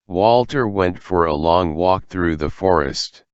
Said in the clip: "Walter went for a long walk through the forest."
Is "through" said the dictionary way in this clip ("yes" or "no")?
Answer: yes